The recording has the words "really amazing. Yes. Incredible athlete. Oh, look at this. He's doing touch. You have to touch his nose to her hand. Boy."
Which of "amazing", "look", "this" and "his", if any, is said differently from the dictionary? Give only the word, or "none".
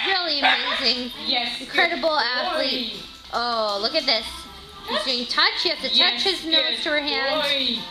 none